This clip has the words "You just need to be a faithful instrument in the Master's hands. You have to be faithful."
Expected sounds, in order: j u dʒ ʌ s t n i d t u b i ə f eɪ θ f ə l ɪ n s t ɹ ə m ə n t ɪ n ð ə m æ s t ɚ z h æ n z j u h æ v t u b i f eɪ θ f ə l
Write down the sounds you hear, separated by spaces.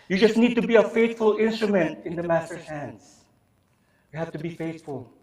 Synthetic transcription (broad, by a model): j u dʒ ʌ s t n i d t u b i ə f eɪ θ f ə l ɪ n s t ɹ ə m ə n t ɪ n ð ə m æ s t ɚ h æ n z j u h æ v t u b i f eɪ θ f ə l